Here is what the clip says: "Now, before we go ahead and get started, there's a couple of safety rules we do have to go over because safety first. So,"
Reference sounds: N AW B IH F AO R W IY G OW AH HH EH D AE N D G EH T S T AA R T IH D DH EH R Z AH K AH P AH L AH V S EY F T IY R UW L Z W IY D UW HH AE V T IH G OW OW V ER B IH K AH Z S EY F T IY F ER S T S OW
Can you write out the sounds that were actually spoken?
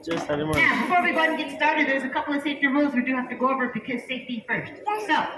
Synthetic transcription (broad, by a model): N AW B IH F AO R W IY G OW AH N G EH T S T AA R T IH D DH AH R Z AH K AH P L AH V S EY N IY R UW L Z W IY D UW HH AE F T IH G OW OW V ER B IH K AH Z S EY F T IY F ER S T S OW